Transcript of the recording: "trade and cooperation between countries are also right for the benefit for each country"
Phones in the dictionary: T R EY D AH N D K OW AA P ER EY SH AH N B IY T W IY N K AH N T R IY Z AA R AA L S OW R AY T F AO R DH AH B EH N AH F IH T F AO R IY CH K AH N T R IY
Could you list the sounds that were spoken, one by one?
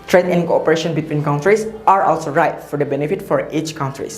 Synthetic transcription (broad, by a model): T R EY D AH N K OW AA P ER EY SH AH N B IY T W IY N K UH N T R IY S AA R AA L S OW R AY T F AO R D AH B EH N AH F IH T F AO R IY CH K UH N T R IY